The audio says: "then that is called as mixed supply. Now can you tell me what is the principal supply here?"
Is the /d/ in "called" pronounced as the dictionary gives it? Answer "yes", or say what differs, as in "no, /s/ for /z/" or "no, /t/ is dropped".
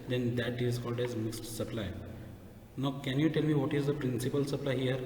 yes